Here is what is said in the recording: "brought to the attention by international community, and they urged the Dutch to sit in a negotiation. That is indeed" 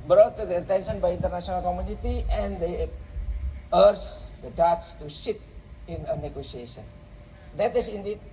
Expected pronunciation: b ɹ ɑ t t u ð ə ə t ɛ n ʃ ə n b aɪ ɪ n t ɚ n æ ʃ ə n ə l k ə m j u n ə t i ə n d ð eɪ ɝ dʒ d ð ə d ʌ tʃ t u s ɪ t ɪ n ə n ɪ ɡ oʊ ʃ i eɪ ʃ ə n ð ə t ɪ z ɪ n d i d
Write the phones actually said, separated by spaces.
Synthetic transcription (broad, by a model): b ɹ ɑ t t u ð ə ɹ t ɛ n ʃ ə n b aɪ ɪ n t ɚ n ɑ s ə n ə l k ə m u n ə t i ə n d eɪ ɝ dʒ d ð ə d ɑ s t u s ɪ t ɪ n ə n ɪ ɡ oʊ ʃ i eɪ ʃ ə n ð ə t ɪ s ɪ n d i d